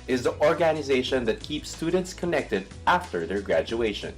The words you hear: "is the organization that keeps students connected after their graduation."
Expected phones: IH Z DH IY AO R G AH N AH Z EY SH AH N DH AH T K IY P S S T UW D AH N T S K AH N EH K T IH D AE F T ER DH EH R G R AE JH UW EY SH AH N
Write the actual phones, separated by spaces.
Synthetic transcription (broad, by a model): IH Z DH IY AO R G AH N AH Z EY SH AH N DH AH T K IY P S S T UW D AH N T S K AH N EH K T IH D AE F T ER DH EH R G R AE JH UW EY SH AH N